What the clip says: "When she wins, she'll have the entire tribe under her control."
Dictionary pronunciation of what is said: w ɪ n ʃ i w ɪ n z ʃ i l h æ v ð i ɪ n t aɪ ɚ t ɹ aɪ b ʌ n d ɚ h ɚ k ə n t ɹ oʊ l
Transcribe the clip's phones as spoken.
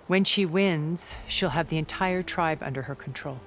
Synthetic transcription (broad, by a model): w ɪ n ʃ i w ɪ n z ʃ i l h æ v ð i ɪ n t aɪ ɚ t ɹ aɪ b ʌ n d ɚ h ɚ k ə n t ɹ oʊ l